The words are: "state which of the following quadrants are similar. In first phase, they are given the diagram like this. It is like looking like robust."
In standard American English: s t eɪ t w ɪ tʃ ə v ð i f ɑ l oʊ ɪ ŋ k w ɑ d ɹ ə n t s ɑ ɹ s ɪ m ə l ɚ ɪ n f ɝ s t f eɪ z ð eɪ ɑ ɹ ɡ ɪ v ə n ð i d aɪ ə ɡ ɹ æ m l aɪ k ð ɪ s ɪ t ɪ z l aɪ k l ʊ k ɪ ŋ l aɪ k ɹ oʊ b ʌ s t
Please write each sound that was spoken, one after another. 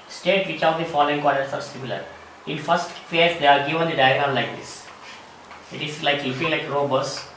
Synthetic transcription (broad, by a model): s t eɪ t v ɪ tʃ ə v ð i f ɑ l oʊ ɪ ŋ k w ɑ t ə t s ɑ ɹ s ɪ m ə l ɚ ɪ n f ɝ s t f eɪ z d eɪ ɑ ɹ ɡ ɪ v ə n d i d aɪ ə ɡ ɹ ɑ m l aɪ k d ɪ s ɪ t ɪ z l aɪ k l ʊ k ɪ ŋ l aɪ k ɹ oʊ b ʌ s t